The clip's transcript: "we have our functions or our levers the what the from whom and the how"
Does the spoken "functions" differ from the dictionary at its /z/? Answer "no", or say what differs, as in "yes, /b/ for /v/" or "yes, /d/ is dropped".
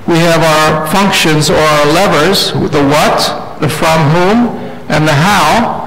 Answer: no